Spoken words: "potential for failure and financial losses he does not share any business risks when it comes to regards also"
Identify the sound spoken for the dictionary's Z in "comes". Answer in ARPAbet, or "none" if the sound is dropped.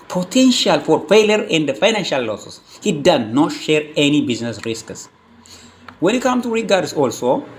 none